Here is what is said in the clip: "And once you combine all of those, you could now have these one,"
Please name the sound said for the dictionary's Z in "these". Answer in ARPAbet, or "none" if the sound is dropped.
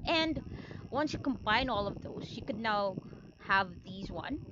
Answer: Z